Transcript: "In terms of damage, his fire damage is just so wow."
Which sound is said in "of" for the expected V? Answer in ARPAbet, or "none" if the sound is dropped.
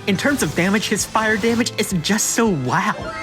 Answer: V